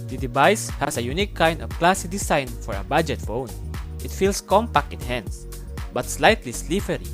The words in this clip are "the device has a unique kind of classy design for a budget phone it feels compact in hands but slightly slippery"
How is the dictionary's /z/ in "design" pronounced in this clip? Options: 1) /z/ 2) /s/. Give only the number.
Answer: 2